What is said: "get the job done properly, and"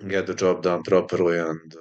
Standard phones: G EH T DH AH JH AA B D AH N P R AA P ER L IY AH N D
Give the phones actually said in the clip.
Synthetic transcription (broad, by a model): G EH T DH AH JH AA B D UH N P R AA P ER L IY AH N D